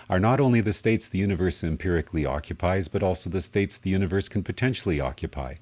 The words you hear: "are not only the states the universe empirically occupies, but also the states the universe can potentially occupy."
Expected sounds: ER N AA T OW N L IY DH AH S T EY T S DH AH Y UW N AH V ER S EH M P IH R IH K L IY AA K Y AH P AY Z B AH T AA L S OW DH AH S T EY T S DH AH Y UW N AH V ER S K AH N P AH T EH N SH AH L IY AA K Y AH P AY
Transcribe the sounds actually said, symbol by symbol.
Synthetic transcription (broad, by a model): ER N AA T OW N L IY DH AH S T EY T S DH AH Y UW N AH V ER S EH M P IH R IH K L IY AA K Y AH P AY Z B AH T AA L S OW DH AH S T EY T S DH AH Y UW N AH V ER S K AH N P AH T EH N SH L IY AA K Y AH P AY